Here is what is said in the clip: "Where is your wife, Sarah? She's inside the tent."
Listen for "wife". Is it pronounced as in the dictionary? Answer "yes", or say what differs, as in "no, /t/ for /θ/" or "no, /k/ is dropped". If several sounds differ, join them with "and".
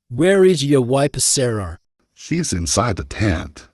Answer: no, /p/ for /f/